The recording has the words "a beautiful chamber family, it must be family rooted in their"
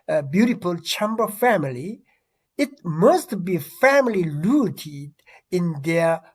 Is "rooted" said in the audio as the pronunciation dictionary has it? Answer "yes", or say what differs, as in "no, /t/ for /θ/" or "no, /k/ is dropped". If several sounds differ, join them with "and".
no, /l/ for /ɹ/